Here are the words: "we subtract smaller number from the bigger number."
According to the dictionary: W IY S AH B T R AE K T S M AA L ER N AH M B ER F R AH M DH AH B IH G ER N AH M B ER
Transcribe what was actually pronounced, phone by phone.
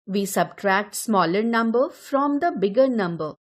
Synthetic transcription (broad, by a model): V IY S AH B T R AE K T S M AA L ER N AH M B ER F R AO M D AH B IH G ER N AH M B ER